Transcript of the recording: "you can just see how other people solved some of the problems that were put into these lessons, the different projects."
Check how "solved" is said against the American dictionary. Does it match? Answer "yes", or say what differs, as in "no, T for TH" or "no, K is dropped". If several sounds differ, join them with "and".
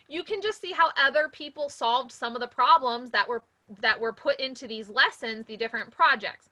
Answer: yes